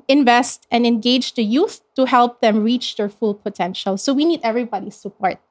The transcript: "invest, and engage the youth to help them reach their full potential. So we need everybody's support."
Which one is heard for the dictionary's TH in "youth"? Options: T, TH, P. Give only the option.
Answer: TH